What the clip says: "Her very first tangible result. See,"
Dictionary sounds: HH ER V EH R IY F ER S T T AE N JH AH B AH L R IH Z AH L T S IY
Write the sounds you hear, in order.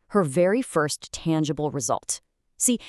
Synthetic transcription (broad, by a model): HH ER V EH R IY F ER S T T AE N JH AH B L R IH Z AH L T S IY